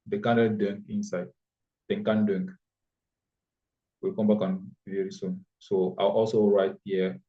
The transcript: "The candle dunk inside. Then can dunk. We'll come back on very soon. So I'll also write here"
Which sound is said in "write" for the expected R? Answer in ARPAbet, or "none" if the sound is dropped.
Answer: R